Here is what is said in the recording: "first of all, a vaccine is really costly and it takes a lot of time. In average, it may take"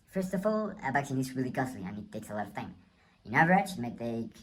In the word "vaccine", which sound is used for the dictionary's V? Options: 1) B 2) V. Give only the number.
1